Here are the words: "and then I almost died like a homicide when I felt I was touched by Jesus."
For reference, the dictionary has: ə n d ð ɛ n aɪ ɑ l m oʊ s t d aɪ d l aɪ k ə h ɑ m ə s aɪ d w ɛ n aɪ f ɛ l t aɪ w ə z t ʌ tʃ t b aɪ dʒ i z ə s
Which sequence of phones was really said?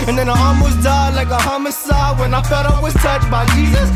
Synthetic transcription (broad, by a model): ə n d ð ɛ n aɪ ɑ m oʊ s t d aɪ l aɪ k ə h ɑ m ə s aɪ w ɛ n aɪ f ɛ t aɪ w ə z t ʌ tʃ b aɪ dʒ i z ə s